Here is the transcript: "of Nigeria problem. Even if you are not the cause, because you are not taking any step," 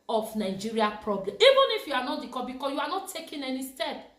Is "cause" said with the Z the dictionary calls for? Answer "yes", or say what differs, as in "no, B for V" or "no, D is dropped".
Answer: no, Z is dropped